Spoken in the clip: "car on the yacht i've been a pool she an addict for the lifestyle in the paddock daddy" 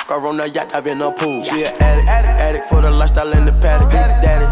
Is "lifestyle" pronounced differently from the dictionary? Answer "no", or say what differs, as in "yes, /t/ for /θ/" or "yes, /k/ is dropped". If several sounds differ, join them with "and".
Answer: yes, /f/ is dropped